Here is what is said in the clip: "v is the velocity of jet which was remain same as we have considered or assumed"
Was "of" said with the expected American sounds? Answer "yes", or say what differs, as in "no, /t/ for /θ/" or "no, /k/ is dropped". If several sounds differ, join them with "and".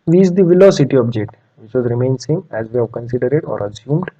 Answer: no, /b/ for /v/